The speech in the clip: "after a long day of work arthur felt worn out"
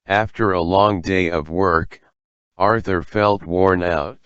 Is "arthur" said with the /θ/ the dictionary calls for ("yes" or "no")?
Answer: yes